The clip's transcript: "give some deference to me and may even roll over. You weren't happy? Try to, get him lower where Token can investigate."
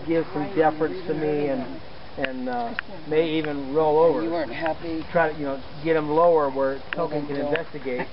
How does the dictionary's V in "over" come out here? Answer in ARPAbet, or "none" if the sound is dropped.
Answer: V